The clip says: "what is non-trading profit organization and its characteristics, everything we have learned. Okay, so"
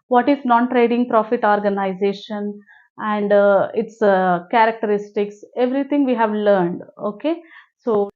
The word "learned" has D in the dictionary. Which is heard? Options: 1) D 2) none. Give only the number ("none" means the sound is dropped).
1